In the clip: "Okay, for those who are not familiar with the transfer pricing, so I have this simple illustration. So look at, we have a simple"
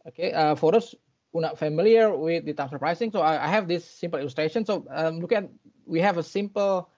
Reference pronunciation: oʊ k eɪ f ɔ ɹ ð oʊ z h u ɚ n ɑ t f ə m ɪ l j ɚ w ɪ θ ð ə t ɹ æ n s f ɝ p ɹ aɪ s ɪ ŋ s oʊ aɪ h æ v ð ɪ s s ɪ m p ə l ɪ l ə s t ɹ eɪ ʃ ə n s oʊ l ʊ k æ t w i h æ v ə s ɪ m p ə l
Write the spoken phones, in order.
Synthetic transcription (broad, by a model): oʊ k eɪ f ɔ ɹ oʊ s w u n ɑ t f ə m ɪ l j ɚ w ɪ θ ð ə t æ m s ɝ p ɹ aɪ s ɪ ŋ s oʊ aɪ h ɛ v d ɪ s s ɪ m p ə l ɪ l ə s t ɹ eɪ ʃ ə n s oʊ l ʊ k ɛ t w i h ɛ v ə s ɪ m p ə l